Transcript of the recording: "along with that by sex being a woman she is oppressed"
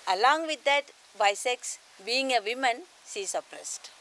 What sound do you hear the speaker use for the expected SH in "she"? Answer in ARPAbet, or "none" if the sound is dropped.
S